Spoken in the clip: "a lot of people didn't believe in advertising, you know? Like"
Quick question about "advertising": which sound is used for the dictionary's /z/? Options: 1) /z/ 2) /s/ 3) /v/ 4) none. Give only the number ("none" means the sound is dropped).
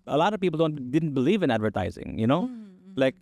1